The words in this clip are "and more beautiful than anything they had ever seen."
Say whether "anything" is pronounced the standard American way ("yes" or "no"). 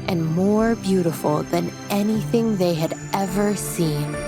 yes